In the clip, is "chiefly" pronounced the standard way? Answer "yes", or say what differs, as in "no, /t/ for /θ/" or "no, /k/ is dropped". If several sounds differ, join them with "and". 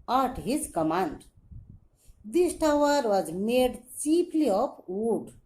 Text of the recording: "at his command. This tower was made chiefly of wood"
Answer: no, /p/ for /f/